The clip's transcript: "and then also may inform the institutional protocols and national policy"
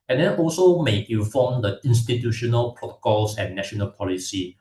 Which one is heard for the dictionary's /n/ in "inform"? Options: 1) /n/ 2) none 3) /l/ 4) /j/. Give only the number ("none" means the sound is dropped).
2